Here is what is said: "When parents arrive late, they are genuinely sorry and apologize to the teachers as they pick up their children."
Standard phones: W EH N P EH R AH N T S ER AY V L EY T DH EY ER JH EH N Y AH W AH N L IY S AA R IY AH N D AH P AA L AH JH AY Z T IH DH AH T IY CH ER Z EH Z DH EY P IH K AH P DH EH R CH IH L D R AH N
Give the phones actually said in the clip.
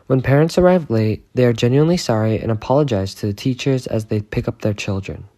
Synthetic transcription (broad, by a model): W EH N P EH R AH N T S ER AY V L EY T DH EY ER JH EH N Y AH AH N L IY S AA R IY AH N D AH P AA L AH JH AY Z T IH DH AH T IY CH ER Z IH Z DH EY P IH K AH P DH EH R CH IH L D R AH N